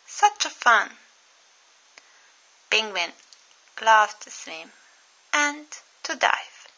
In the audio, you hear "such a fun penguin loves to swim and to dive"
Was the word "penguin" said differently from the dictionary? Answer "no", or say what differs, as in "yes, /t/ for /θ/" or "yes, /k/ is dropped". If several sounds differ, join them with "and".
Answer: yes, /b/ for /p/